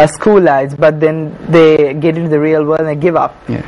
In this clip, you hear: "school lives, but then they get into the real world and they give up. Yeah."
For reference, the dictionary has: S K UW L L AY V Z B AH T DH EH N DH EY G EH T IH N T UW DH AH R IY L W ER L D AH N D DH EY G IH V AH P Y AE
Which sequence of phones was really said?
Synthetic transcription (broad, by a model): S K UW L L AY Z B AH T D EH N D EY G EH T IH N T UW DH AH R IY L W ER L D AH N D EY G IH V AH P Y